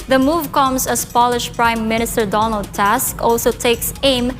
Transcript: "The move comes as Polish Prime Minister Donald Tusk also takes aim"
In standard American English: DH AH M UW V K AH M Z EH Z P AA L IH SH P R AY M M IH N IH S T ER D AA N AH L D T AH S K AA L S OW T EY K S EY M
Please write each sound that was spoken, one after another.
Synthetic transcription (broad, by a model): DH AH M UW V K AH M S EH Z P AA L IH SH P R AY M M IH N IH S T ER D AA N AH L D T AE S K AA L S OW T EY K S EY M